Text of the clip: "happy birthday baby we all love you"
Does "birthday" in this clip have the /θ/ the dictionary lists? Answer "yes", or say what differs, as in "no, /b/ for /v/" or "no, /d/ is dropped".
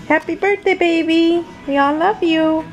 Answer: no, /t/ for /θ/